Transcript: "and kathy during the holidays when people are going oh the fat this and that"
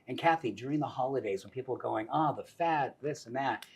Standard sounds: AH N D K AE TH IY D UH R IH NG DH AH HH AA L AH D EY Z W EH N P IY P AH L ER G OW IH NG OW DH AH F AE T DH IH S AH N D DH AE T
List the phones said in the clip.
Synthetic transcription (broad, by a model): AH N K AE TH IY D UH R IH NG DH AH HH AA L AH D EY Z W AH N P IY P L ER G OW IH NG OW DH AH F AE T DH IH S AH N DH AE T